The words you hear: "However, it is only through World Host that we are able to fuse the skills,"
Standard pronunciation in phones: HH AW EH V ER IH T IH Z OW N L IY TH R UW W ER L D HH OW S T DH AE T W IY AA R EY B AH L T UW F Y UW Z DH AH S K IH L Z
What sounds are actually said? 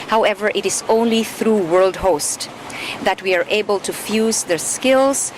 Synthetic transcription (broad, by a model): HH AW EH V ER IH T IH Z OW N L IY TH R UW W ER L D HH OW S T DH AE T W IY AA R EY B AH L T UW F Y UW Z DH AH S K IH L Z